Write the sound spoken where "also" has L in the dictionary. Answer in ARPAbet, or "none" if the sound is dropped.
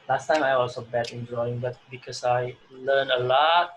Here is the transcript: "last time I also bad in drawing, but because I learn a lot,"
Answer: none